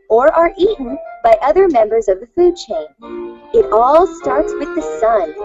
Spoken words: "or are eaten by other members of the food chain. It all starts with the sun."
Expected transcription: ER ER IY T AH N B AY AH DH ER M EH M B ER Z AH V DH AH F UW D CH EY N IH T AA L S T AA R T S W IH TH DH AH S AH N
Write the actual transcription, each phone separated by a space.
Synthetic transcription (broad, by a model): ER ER IY T N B AY AH DH ER M EH M B ER Z AH V DH AH F UW D CH EY N IH T AA L S T AA R T S W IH DH AH S AH N